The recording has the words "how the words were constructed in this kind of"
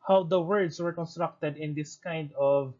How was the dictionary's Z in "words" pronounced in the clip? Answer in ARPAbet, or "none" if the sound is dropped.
S